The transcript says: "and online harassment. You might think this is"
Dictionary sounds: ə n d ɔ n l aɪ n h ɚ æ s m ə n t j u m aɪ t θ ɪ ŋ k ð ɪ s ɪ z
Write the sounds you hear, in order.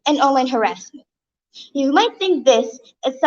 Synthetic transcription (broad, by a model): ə n ɔ n l aɪ n h ɚ æ s m ə n t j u m aɪ t θ ɪ ŋ k ð ɪ s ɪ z